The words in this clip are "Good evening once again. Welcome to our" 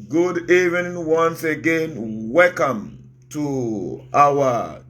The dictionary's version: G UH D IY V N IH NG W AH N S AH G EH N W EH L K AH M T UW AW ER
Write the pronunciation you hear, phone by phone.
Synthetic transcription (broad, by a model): G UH D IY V IH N W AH N S AH G EH N W EH L K AH M T UW AW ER